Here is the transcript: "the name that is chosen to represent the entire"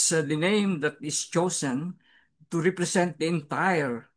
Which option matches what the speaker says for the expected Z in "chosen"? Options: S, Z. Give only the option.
S